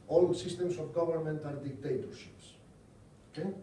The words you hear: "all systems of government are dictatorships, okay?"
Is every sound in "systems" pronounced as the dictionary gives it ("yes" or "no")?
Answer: no